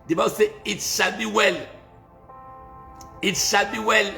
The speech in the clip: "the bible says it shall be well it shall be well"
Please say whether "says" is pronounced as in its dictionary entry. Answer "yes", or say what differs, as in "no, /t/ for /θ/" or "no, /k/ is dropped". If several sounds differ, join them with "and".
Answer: no, /z/ is dropped